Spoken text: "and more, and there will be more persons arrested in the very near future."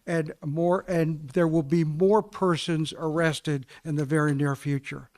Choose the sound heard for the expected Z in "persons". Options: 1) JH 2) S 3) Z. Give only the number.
3